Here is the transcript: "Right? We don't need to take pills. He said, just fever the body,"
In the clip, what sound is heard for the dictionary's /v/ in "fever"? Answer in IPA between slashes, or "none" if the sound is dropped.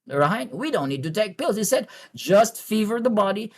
/v/